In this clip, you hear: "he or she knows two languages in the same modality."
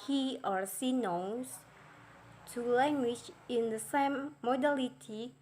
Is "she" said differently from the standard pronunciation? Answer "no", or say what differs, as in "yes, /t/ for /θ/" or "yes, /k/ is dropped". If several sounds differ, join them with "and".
yes, /s/ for /ʃ/